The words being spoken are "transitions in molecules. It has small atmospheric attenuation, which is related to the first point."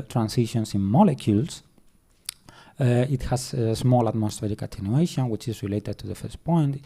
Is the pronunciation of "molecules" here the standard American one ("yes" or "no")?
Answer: no